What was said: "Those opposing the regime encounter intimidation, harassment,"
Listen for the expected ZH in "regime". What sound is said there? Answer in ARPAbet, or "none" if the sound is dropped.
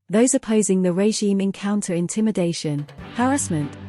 ZH